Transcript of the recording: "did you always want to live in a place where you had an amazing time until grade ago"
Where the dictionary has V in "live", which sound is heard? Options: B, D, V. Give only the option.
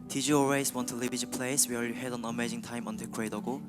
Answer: B